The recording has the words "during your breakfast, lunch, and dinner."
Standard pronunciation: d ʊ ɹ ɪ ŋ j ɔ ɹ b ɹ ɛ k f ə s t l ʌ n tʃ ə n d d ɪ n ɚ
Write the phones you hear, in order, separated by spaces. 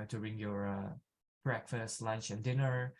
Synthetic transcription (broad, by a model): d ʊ ɹ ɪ ŋ j ɔ ɹ b ɹ ɛ k f ə s t l ʌ n tʃ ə n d d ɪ n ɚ